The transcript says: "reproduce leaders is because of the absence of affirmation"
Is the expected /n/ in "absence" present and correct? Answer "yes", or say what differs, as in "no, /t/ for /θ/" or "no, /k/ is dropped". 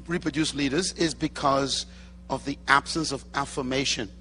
yes